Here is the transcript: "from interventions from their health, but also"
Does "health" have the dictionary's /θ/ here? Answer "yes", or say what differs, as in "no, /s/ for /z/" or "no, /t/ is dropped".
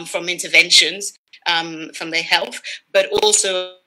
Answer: yes